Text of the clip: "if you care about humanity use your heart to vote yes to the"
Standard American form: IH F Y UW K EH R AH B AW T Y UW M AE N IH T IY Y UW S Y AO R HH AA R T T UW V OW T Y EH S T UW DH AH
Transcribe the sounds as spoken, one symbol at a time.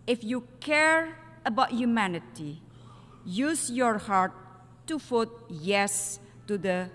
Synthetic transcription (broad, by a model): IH F Y UW K EH R AH B AW T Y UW M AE N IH T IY Y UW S Y AO R HH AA R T T UW F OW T Y EH S T UW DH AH